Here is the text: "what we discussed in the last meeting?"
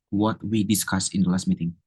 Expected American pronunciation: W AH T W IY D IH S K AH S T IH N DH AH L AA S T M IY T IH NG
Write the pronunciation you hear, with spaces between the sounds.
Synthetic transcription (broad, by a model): W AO T W IY D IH S K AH S IH N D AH L AA S T M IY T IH NG